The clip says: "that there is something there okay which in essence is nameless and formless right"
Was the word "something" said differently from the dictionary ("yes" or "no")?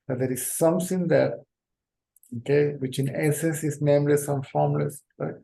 yes